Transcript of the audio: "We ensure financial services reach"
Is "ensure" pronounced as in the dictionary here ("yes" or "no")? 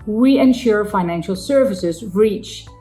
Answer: yes